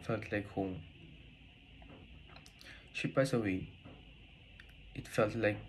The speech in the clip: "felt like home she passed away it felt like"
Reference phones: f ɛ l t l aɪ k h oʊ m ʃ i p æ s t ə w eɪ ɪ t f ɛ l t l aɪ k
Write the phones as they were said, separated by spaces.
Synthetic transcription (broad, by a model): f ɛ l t l aɪ k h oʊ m ʃ i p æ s ə w eɪ ɪ t f ɛ l t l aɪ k